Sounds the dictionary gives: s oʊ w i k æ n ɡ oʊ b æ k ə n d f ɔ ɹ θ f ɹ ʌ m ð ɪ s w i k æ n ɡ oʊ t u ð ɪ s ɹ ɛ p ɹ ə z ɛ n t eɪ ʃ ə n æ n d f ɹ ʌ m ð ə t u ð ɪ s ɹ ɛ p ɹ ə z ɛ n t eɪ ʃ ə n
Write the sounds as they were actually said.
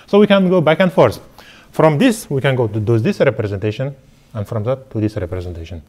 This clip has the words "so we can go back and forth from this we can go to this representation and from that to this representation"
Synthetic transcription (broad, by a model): s oʊ w i k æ n ɡ oʊ b æ k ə n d f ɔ ɹ s f ɹ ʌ m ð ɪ s w i k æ n ɡ oʊ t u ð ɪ s ɹ ɛ p ɹ ə z ɛ n t eɪ ʃ ə n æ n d f ɹ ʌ m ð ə t u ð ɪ s ɹ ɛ p ɹ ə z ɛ n t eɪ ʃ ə n